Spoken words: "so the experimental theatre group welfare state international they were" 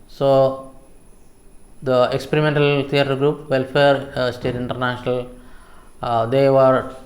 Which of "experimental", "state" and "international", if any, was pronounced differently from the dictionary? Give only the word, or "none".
none